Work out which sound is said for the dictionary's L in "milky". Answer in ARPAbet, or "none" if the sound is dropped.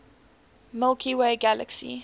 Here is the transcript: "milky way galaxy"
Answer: L